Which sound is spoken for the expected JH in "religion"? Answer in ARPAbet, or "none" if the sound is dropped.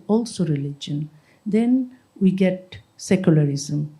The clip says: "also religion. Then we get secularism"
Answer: JH